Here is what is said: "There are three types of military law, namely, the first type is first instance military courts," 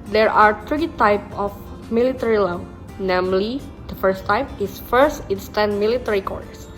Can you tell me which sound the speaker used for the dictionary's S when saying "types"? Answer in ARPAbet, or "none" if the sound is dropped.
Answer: none